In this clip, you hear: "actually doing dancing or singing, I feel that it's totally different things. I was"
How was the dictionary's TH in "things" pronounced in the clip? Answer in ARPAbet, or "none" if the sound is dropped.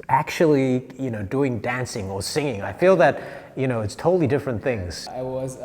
TH